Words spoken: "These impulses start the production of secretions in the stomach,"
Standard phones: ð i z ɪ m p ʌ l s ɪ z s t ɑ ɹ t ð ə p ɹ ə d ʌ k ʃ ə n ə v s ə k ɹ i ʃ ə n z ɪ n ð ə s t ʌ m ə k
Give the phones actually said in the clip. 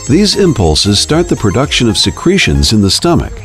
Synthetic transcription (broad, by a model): ð i z ɪ m p ʌ l s ɪ z s t ɑ ɹ t ð ə p ɹ ə d ʌ k ʃ ə n ə v s ə k ɹ i ʃ ə n z ɪ n ð ə s t ʌ m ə k